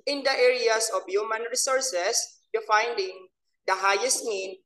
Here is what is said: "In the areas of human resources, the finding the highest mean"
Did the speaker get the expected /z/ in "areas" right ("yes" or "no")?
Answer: no